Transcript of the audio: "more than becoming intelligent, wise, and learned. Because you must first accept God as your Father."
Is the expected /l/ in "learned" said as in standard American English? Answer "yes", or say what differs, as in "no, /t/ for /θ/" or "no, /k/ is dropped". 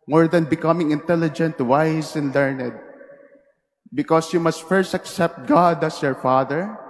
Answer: yes